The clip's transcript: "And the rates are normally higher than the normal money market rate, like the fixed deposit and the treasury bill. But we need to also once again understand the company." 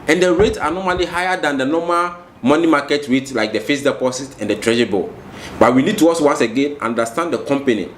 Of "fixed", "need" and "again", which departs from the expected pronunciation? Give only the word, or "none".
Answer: fixed